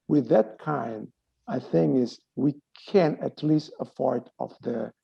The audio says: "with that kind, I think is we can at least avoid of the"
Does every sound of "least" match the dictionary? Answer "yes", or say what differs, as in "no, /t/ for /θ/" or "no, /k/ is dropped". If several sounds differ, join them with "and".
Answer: yes